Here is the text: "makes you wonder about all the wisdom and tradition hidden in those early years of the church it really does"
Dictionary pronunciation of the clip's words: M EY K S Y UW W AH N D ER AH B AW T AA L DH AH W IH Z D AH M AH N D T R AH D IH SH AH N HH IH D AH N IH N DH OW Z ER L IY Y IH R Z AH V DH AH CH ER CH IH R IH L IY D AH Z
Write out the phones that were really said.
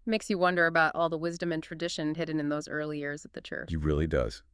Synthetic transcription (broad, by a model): M EY K S Y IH W AH N D ER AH B AW T AA L DH AH W IH Z D AH M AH N T R AH D IH SH AH N HH IH D N IH N DH OW Z ER L IY Y IH R Z AH V DH AH CH ER CH IH R IH L IY D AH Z